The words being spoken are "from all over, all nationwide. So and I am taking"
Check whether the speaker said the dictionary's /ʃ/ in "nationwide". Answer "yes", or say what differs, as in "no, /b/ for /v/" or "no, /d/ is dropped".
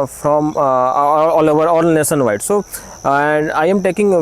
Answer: no, /s/ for /ʃ/